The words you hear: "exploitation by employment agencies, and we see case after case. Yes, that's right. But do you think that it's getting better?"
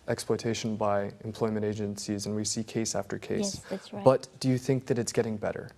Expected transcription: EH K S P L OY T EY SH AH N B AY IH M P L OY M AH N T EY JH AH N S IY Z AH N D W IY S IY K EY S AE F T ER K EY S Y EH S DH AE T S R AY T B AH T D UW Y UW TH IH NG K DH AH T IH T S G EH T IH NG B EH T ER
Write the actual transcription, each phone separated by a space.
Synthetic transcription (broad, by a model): EH K S P L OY T EY SH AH N B AY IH M P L OY M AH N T EY JH AH N S IY Z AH N W IY S IY K EY S AE F T ER K EY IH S S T B AH T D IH Y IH TH IH NG K DH AH T IH T S G EH T IH NG B EH T ER